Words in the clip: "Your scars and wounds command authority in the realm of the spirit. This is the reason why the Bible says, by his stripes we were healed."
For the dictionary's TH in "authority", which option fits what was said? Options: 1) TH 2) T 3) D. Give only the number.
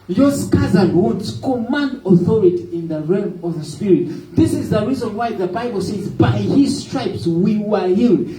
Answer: 1